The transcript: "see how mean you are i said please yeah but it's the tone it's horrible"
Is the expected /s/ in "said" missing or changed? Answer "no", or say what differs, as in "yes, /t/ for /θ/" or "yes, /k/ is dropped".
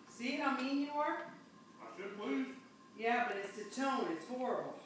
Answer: yes, /ʃ/ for /s/